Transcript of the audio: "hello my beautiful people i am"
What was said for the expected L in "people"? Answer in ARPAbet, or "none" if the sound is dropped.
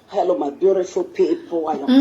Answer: W